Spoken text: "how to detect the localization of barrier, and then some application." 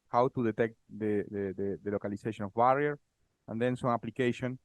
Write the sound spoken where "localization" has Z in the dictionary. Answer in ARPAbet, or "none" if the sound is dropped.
S